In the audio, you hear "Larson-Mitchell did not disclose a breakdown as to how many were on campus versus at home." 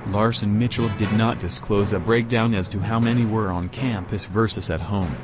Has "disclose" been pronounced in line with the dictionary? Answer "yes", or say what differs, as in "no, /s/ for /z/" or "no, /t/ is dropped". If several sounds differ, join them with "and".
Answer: yes